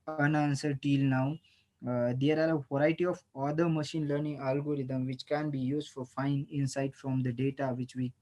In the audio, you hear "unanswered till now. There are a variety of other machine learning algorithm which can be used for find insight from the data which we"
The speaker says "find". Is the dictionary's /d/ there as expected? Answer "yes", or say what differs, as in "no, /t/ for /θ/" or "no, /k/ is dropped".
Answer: no, /d/ is dropped